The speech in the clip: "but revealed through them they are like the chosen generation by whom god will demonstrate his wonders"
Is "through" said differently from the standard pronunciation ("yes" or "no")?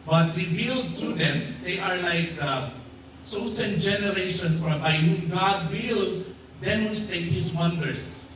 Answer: yes